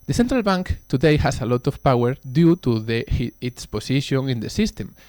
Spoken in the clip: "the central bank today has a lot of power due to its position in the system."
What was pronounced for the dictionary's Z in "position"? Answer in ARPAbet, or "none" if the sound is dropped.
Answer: S